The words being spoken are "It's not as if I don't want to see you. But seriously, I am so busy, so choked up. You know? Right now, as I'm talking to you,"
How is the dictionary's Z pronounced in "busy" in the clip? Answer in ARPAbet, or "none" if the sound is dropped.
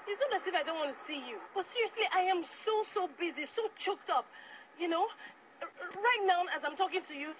Z